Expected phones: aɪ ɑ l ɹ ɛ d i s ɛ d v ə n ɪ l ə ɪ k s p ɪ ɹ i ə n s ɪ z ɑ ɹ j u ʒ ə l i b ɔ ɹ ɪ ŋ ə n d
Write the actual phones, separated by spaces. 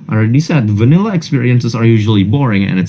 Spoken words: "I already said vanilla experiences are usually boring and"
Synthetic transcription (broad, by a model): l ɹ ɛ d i s ɛ d v ə n ɪ l ə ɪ k s p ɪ ɹ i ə n s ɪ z ɑ ɹ j u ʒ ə l i b ɔ ɹ ɪ ŋ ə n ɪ